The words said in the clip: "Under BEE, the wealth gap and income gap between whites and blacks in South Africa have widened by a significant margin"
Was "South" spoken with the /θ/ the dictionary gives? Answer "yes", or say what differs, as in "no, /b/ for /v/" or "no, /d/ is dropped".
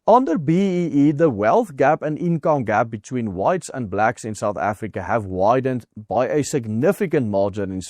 yes